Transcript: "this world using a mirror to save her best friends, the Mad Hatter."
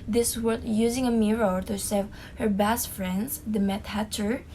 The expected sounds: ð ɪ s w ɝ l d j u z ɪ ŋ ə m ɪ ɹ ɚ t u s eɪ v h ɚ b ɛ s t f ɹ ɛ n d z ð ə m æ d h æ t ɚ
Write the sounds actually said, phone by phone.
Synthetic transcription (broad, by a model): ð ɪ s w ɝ d j u z ɪ ŋ ə m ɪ ɹ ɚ t u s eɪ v h ɚ b ɛ s t f ɹ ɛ n d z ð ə m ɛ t h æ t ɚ